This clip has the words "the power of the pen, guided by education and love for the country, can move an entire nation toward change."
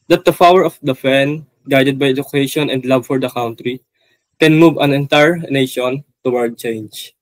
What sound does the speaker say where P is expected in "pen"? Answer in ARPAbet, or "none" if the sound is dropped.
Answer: F